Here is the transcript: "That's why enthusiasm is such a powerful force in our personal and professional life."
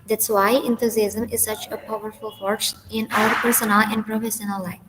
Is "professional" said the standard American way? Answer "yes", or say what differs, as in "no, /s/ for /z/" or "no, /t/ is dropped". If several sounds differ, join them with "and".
no, /s/ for /ʃ/